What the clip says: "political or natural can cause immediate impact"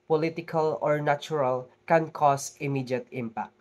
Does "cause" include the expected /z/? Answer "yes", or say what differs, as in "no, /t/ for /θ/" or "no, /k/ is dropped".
no, /s/ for /z/